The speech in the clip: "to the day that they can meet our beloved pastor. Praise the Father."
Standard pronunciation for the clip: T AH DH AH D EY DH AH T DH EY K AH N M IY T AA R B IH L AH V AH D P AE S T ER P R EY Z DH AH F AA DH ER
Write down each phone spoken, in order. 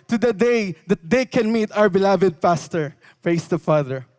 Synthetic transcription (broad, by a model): T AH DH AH D EY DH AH T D EY K AH N M IY T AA W B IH L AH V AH D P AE S T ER P R EY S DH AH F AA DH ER